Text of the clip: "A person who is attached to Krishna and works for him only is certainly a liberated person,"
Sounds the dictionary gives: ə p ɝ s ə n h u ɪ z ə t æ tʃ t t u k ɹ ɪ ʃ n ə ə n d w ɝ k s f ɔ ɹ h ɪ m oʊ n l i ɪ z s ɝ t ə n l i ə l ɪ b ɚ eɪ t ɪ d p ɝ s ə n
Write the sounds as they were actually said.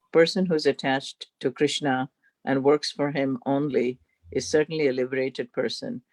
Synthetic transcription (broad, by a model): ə p ɝ s ə n h u ɪ z ə t æ tʃ t t u k ɹ ɪ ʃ n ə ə n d w ɝ k s f ɔ ɹ h ɪ m oʊ n l i ɪ z s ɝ t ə n l i ə l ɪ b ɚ eɪ t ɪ d p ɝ s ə n